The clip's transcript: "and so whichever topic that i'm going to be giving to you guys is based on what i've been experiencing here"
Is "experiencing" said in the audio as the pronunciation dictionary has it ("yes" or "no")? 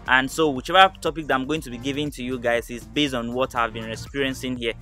no